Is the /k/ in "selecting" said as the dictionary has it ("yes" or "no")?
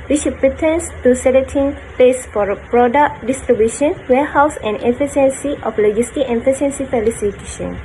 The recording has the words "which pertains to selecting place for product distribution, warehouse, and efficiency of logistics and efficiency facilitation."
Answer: no